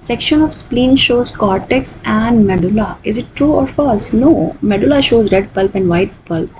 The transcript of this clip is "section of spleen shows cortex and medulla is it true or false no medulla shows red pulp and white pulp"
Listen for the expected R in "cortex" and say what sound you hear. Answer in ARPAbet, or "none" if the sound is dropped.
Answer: R